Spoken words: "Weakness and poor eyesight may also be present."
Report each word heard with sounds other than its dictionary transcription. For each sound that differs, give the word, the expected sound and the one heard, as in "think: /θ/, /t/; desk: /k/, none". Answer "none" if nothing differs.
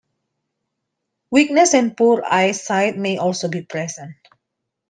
none